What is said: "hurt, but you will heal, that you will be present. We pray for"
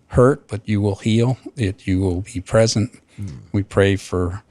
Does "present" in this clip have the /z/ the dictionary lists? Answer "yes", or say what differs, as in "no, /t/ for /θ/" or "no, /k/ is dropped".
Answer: yes